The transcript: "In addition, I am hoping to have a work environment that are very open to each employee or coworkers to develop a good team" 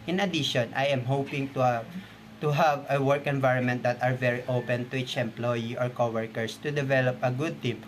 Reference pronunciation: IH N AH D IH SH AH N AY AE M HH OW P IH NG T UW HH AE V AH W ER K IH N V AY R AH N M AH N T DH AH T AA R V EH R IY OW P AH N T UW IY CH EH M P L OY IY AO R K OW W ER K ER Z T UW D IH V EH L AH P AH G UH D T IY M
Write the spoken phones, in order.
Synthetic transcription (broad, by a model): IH N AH D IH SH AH N AY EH M HH OW P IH NG T UW HH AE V AH W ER K IH N V AY R AH N M AH N T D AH T AA R V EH R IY OW P AH N T UW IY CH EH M P L OY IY AO R K OW W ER K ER S T UW D IH V EH L AH P AH G UH D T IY M